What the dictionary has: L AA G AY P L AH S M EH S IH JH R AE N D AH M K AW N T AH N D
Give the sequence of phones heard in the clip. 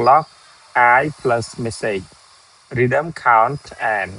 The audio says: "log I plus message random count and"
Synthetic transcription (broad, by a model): L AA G AY P L AH S M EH S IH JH R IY D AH M K AW N T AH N